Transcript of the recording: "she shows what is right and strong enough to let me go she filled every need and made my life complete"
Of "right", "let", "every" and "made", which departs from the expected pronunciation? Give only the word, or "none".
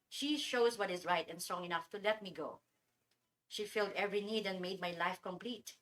none